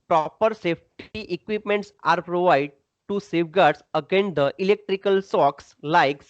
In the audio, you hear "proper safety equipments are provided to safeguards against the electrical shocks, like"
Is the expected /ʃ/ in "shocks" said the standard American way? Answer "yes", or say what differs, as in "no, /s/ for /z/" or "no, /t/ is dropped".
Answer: no, /s/ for /ʃ/